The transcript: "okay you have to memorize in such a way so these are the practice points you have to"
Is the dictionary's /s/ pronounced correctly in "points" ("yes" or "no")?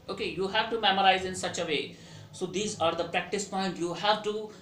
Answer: no